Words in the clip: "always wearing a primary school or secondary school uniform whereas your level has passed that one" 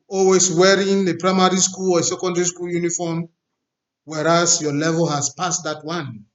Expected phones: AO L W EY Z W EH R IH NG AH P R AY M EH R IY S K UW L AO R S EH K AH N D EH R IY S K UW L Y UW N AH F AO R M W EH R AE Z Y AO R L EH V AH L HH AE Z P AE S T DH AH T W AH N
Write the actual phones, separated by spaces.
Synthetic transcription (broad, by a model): AO L W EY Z W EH R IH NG AH P R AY M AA R IY S K UW L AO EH S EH K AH N D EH R IY S K UW L Y UW N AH F AO M W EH R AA S Y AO L EH V AH L HH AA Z P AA S T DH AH T W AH N